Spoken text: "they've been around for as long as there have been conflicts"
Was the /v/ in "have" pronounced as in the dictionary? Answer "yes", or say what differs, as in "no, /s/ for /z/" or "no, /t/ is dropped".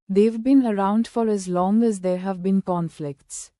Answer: yes